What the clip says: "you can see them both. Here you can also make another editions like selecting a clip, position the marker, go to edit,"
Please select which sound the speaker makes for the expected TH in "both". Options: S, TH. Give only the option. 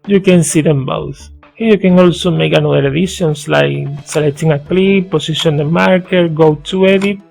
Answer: S